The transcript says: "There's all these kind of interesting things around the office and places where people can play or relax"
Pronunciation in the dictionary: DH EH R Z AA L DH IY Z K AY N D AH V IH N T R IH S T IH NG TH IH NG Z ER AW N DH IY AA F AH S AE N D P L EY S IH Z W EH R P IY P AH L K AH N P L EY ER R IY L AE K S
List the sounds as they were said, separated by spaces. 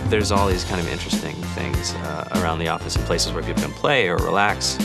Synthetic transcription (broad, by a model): DH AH R Z AA L DH IY Z K AY N D AH V IH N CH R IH S T IH NG TH IH NG Z ER AW N DH IY AA F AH S N P L EY S IH Z W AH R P IY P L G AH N P L EY ER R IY L AE K S